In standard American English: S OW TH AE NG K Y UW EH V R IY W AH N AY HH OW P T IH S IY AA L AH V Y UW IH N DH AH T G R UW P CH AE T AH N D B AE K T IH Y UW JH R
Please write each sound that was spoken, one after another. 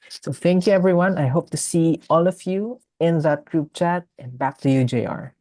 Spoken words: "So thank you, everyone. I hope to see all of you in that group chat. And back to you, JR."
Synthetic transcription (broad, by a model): S OW TH AE NG K Y UW EH V R IY W AH N AY HH OW P T IH S IY AA L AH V Y UW IH N DH AH T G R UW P CH AE T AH N B AE K T IH Y UW JH R